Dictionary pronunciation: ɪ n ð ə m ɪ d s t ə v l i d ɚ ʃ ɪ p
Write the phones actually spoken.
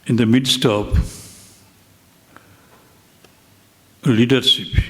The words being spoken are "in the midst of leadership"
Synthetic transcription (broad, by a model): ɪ n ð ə m ɪ d s t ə p l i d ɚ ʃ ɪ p